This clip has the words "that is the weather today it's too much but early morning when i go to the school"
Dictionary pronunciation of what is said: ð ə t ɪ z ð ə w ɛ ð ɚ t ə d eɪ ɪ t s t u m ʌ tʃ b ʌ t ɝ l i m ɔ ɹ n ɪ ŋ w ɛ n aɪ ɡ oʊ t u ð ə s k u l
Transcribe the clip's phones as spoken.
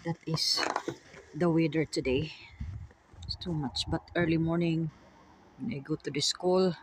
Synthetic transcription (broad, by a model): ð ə t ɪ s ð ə w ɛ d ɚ t ə d eɪ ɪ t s t u m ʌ tʃ b ʌ t ɝ l i m ɔ ɹ n ɪ ŋ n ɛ ɪ ɡ oʊ t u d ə s k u l